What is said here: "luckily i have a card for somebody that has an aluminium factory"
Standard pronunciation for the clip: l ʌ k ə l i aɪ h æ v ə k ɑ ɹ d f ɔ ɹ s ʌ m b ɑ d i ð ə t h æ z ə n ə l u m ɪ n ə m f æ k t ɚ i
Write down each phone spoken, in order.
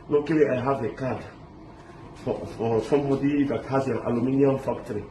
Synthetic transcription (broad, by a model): l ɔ k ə l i aɪ h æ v ə k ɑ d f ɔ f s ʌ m ɑ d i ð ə t h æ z ə n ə l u m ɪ n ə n f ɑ k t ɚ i